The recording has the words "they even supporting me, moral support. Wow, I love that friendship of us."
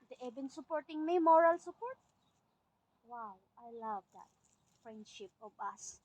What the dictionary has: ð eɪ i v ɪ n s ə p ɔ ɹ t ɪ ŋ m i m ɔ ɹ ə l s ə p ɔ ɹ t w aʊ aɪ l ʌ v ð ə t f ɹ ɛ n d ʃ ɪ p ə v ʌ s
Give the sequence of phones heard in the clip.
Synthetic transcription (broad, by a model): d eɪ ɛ b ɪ n s ə p ɔ ɹ t ɪ ŋ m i m ɔ ɹ ə l s ə p ɔ ɹ t w aʊ aɪ l ʌ v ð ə t f ɹ ɛ n d ʃ ɪ p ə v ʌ s